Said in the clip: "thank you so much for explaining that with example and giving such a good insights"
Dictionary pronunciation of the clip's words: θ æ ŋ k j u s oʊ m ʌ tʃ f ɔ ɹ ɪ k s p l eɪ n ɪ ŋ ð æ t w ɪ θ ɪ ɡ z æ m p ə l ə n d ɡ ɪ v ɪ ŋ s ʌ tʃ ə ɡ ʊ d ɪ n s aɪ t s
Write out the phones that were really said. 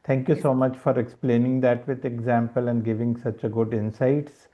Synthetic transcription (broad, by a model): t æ ŋ k j u s oʊ m ʌ tʃ f ɔ ɹ ɪ k s p l eɪ n ɪ ŋ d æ t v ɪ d ɪ ɡ z æ m p ə l ə n d ɡ ɪ v ɪ ŋ s ʌ tʃ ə ɡ ʊ d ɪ n s aɪ t s